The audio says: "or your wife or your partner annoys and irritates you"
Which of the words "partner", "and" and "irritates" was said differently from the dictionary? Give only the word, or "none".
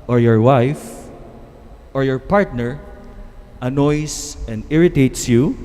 none